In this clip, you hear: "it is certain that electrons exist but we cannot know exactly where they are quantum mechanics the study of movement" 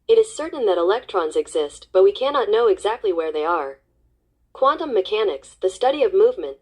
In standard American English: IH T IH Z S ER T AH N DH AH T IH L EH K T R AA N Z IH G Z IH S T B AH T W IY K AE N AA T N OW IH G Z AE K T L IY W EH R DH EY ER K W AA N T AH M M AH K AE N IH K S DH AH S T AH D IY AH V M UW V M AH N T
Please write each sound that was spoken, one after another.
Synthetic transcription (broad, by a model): IH T IH Z S ER T N DH AH T IH L EH K T R AA N Z IH G Z IH S T B AH T W IY K AE N AA T N OW IH G Z AE K T L IY W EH R DH EY ER K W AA N T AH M M AH K AE N IH K S DH AH S T AH D IY AH V M UW V M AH N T